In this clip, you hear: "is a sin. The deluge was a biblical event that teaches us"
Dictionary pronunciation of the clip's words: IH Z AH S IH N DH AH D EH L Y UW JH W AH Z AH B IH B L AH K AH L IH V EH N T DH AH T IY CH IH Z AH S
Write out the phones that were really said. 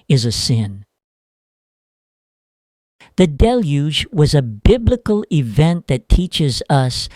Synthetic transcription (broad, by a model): IH Z AH S IH N DH AH D EH L Y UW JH W AH Z AH B IH B L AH K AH L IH V EH N DH AH T IY CH IH Z AH S